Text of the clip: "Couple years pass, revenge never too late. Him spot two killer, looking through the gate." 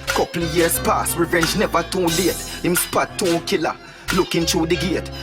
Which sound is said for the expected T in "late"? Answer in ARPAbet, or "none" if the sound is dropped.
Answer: T